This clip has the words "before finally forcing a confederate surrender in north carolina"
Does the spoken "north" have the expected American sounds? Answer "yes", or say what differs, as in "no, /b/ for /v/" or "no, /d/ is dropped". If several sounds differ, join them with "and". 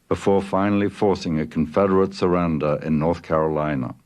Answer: yes